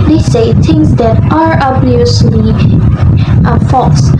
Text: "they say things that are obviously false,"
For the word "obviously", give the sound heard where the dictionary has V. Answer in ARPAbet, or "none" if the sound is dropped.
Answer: none